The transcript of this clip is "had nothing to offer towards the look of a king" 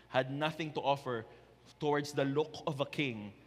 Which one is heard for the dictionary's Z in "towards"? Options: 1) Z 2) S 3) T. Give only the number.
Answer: 2